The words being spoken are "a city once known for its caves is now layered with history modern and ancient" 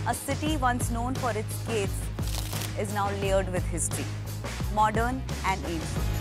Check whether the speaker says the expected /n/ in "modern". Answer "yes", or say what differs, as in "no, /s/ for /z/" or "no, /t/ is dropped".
yes